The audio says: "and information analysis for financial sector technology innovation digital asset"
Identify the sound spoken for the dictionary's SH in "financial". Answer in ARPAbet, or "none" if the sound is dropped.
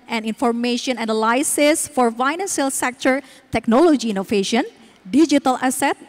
S